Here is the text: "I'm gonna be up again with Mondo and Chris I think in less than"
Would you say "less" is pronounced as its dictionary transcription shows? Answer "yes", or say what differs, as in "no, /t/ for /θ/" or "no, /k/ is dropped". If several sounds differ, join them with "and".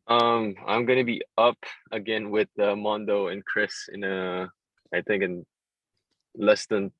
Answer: yes